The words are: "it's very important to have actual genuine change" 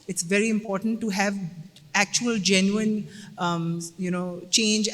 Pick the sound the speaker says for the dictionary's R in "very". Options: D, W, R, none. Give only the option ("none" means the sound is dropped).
R